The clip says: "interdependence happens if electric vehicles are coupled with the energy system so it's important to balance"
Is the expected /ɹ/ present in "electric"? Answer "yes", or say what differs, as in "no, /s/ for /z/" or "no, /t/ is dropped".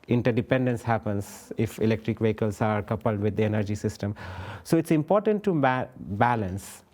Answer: yes